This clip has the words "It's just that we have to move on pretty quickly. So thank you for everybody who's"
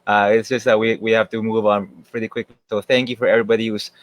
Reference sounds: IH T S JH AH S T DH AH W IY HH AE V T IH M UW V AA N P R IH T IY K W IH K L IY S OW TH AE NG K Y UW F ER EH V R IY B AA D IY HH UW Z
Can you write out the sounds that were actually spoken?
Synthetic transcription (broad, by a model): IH T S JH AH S T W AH W IY HH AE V T IH M UW V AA N P R IH T IY K W IH K L IY S OW TH AE NG K Y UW F ER EH V R IY B AA D IY HH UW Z